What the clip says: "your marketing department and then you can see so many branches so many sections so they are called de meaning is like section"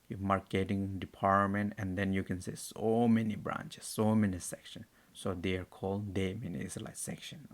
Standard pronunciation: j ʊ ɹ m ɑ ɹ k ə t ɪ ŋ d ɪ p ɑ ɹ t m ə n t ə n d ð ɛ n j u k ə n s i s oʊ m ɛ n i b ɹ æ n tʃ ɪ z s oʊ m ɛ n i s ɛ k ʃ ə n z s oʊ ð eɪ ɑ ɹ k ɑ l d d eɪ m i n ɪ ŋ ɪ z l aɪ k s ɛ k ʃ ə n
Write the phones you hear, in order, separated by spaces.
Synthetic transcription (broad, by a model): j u m ɑ ɹ k ə t ɪ ŋ d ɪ p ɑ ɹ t m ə n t ə n d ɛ n j u k ə n s i s oʊ m ɛ n i b ɹ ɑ n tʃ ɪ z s oʊ m ɛ n i s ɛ k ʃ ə n s oʊ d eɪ ɑ ɹ k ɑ l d d eɪ m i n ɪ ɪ s l aɪ k s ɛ k ʃ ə n